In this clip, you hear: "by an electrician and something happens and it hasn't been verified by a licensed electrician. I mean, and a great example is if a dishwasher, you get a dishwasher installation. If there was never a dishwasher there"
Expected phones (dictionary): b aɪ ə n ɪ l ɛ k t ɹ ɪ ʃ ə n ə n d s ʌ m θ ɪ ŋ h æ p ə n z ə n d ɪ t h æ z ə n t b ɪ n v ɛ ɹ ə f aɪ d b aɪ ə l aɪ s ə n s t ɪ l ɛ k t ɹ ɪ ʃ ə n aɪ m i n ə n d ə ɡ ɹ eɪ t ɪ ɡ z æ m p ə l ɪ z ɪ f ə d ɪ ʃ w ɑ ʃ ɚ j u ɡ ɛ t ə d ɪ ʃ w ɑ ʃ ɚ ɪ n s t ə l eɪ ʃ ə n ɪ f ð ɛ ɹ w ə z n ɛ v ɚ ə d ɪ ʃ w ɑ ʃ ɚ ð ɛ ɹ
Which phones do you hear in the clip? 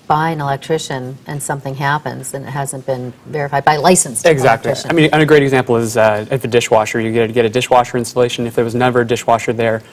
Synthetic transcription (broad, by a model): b aɪ ə n ɪ l ɛ k t ɹ ɪ ʃ ə n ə n s ʌ m θ ɪ ŋ h æ p ə n z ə n ɪ t h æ z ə n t b ɪ n v ɛ ɹ ə f aɪ d b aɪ ə l aɪ s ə n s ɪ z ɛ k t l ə aɪ m i n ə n ə ɡ ɹ eɪ t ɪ ɡ z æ m p l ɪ z ɪ f ə d ɪ ʃ w ɑ ʃ ɚ j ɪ ɡ ɛ t ə d ɪ ʃ w ɑ ʃ ɚ ɪ n s t ə l eɪ ʃ ə n ɪ f ð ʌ ɹ w ə z n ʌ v ɚ d ɪ ʃ w ɑ ʃ ɚ ð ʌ ɹ